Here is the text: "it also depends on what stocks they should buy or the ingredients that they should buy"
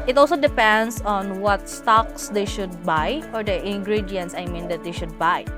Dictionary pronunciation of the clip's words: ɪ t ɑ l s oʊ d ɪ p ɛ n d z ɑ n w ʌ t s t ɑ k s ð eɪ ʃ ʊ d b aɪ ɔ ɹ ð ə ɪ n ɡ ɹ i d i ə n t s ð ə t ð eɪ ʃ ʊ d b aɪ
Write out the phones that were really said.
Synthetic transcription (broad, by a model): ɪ t ɑ l s oʊ d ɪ p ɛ n d s ɑ n w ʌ t s t ɑ k s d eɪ ʃ ʊ d b aɪ ɔ ɹ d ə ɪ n ɡ ɹ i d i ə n t s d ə t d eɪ ʃ ʊ d b aɪ